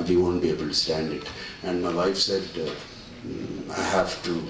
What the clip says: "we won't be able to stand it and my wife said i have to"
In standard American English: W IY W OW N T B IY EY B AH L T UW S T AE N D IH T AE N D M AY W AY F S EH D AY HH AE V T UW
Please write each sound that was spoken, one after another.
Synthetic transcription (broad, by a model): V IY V OW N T B IY EY B AH L T UW S T AE N D IH T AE N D M AY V AY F S EH D AY HH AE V T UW